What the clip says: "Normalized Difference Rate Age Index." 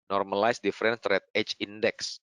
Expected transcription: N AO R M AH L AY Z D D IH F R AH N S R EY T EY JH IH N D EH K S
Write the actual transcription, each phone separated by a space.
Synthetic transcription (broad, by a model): N AO R M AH L AY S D D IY F R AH N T R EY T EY CH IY N D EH K S